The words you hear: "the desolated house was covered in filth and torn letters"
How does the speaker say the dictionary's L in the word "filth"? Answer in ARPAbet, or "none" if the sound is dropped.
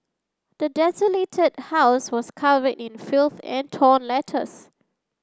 L